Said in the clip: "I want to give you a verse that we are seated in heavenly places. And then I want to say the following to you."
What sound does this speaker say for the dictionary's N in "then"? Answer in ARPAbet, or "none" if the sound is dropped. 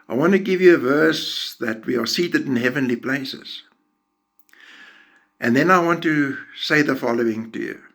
N